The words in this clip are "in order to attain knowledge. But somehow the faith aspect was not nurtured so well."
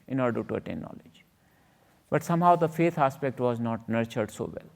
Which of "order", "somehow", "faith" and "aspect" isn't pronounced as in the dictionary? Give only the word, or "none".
faith